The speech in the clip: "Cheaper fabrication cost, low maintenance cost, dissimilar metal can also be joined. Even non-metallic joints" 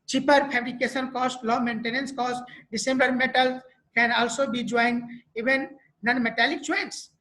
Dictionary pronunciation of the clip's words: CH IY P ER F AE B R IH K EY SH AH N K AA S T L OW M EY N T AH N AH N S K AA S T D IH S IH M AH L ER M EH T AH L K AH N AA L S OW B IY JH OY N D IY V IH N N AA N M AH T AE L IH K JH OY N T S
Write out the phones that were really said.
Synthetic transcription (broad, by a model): CH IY P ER P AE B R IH K EY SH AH N K AA S T L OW M EY N T AH N AH N S K AA S T D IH S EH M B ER M EH T AH L K AH N AA L S OW B IY JH OY N D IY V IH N N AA N M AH T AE L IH K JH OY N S